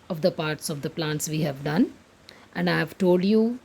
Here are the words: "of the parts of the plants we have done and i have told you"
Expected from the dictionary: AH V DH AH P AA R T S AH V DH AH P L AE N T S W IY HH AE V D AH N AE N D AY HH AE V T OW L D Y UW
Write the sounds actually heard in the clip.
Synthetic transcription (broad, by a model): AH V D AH P AA R T S AH V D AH P L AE N T S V IY HH AE V D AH N AE N D AY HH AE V T OW L D Y UW